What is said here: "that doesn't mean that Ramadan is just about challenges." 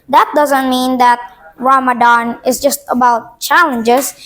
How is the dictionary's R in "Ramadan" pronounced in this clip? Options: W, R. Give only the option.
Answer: W